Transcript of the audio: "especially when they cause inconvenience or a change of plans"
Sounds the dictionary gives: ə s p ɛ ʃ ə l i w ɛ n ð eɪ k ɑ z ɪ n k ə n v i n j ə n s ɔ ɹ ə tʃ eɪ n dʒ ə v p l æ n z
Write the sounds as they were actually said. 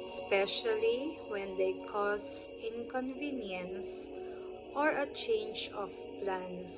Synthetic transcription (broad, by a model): s p ɛ ʃ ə l i w ɛ n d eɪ k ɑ s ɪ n k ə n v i n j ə n s ɔ ɹ ə tʃ eɪ n dʒ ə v p l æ n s